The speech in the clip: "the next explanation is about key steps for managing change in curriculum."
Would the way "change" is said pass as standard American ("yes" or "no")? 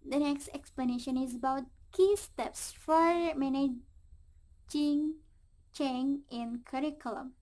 no